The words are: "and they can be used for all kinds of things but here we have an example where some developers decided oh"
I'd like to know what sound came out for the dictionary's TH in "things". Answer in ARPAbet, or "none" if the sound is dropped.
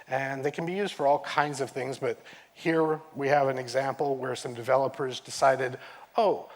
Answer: TH